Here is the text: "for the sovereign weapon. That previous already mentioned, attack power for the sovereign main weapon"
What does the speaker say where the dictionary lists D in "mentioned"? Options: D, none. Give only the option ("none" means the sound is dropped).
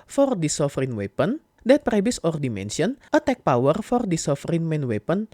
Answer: none